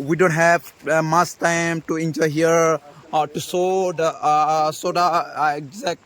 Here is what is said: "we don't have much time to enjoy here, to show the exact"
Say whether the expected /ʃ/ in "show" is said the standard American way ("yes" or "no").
no